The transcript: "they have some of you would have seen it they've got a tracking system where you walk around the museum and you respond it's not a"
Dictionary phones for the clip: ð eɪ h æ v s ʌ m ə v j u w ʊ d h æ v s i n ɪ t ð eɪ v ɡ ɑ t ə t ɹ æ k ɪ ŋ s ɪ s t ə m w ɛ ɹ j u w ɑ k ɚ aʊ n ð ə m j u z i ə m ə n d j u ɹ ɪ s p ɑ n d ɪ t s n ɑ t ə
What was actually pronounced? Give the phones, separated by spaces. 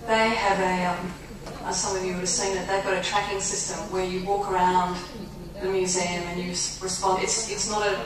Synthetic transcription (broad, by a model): ð eɪ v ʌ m s ʌ m ə v j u w ʊ d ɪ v s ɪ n ɪ t ð eɪ v ɡ ɑ t ə t ɹ æ k ɪ ŋ s ɪ s t ə m w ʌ ɹ j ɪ w ɑ k ɚ aʊ n ð ə m j u z i ə m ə n j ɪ ɹ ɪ s p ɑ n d ɪ t s n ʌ t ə